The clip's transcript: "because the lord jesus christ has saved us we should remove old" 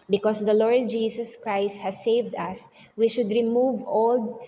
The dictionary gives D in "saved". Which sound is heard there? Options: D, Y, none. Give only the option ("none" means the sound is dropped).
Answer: D